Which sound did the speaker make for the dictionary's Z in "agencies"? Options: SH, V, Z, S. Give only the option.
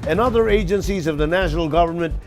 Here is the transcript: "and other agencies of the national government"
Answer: Z